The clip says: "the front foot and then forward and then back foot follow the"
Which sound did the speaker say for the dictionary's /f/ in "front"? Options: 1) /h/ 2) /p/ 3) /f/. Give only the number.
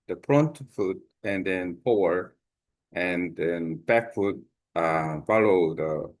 2